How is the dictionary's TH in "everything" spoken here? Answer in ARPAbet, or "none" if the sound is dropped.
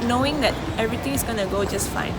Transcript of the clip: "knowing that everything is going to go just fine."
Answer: T